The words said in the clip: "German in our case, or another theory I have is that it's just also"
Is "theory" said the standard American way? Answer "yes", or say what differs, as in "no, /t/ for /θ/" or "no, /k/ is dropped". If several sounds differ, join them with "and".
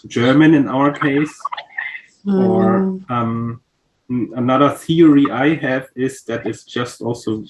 yes